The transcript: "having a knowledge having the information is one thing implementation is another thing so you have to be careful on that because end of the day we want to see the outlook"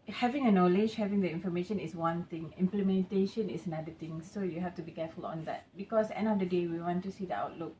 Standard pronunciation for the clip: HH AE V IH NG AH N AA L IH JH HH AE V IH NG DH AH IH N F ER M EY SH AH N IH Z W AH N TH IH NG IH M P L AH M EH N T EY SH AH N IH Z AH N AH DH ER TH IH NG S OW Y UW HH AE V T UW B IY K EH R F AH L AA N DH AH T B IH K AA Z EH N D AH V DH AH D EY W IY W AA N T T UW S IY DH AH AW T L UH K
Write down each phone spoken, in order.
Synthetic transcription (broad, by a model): HH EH V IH NG AH N AA L IH JH HH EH V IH NG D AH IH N F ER M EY SH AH N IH S W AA N T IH NG IH M P L AH M EH N T EY SH AH N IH S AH N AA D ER T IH NG S OW Y UW HH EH F T UW B IY K EH F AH L AA N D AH T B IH K AA S EH N D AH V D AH D EY W IY W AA N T T UW S IY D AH AW T L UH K